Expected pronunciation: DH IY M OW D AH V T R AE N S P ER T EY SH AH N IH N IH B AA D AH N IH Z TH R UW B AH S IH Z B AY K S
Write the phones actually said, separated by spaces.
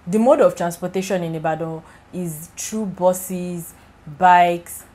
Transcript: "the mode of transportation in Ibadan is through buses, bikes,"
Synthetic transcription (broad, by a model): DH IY M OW D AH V T R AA N S P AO T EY SH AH N IH N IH B AA D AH IH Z T R UW B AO S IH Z B AY K S